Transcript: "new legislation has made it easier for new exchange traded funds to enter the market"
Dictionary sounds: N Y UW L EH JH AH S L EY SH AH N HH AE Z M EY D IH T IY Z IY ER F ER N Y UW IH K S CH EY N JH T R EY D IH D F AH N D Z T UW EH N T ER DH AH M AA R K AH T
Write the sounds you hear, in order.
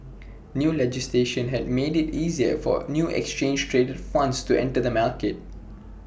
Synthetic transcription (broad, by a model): N Y UW L EH JH AH S L EY SH AH N HH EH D M EY D IH T IY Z IY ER F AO N Y UW IH K S CH EY N JH T R EY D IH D F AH N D S T UW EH N T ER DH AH M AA L K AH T